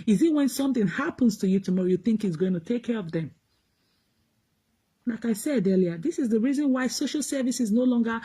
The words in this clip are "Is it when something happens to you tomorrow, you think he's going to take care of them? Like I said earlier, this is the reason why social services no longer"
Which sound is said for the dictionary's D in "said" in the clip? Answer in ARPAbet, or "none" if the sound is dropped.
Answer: D